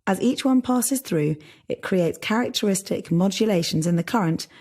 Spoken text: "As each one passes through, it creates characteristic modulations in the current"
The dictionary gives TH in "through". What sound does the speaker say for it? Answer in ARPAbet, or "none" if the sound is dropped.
TH